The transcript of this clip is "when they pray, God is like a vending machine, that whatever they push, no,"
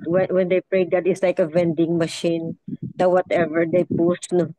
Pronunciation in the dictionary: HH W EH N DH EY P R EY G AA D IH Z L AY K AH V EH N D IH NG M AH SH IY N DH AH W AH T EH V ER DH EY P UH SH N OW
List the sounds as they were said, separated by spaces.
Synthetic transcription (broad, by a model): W W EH N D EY P R EY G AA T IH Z L AY K AH V EH N D IH NG M AH SH IY N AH W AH T EH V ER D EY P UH S N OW